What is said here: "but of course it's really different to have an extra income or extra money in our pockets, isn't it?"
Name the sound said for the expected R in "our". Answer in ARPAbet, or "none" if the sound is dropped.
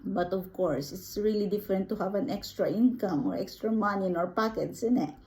R